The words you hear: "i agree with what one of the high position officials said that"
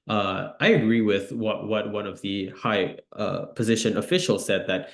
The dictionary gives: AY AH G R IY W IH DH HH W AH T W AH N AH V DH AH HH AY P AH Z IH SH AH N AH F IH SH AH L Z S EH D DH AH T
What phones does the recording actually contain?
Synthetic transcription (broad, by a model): AY AH G R IY W IH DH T W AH T W AH N AH V DH AH HH AY P AH Z IH SH AH N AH F IH SH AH L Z S EH D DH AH T